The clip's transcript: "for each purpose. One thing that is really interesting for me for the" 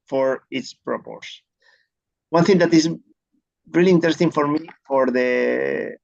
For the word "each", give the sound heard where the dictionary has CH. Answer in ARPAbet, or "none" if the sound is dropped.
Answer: S